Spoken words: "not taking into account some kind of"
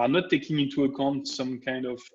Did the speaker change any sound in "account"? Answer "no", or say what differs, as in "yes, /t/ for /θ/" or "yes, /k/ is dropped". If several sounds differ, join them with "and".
no